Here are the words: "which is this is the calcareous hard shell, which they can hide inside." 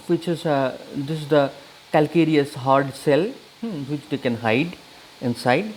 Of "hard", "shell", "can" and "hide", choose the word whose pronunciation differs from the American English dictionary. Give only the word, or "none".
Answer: shell